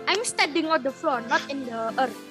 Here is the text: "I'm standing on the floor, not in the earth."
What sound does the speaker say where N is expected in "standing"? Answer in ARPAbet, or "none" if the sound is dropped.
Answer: none